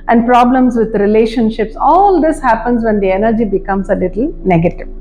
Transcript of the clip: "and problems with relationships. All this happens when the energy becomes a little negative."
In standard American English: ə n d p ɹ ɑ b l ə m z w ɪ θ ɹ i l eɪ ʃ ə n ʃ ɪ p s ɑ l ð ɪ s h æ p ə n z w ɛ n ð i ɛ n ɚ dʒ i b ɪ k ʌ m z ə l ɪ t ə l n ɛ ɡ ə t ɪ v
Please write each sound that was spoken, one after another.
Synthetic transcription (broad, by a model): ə n d p ɹ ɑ b l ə m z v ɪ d ɹ i l eɪ ʃ ə n ʃ ɪ p s ɑ l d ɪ s h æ p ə n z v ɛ n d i ɛ n ɚ dʒ i b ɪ k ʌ m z ə l ɪ t ə l n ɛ ɡ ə t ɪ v